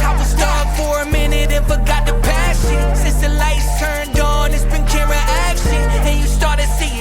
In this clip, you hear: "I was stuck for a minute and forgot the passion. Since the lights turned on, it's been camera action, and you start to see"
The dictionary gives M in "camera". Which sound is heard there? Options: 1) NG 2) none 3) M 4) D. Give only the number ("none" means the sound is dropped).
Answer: 2